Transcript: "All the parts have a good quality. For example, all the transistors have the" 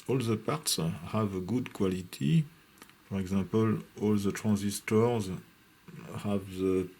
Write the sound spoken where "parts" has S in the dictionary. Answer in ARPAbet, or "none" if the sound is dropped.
S